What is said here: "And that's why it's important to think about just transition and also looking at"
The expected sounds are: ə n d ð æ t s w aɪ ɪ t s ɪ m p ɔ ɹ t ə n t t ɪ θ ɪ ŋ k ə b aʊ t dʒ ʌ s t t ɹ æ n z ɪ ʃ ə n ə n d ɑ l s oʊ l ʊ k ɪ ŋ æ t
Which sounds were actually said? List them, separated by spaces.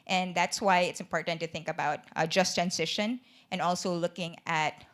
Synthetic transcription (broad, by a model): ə n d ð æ t s w aɪ ɪ t s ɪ m p ɔ ɹ t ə n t t ɪ θ ɪ ŋ k ə b aʊ t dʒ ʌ s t t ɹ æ n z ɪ ʃ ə n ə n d ɑ l s oʊ l ʊ k ɪ ŋ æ t